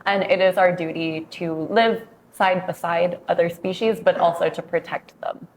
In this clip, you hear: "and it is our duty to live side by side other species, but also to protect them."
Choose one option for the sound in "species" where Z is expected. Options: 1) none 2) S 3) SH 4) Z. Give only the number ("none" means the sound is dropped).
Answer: 4